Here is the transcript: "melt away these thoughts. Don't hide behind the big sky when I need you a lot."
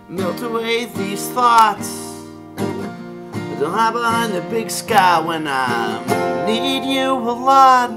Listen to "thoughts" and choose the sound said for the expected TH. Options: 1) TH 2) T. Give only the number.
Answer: 1